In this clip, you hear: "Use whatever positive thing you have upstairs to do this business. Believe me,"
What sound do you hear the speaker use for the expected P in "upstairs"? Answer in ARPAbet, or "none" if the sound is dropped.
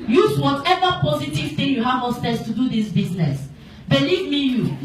none